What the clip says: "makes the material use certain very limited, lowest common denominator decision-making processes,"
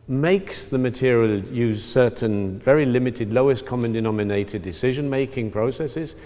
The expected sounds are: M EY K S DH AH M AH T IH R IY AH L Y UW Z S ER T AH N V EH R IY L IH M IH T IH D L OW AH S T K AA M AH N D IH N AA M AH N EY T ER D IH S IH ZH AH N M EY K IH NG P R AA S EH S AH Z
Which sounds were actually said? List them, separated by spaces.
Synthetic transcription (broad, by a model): M EY K S DH AH M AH T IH R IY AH L Y UW Z S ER T N V EH R IY L IH M IH T IH D L OW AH S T K AA M AH N D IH N AA M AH N EY T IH D IH S IH ZH AH N M EY K IH NG P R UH S EH S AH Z